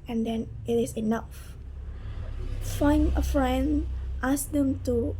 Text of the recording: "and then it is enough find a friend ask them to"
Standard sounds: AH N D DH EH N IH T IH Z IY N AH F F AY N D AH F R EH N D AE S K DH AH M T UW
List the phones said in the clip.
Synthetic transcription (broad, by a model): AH N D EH N IH T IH S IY N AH F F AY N AH F R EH N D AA S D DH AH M T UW